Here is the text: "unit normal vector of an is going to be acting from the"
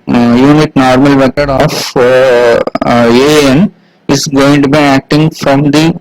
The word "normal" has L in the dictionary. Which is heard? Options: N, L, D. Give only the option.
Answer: L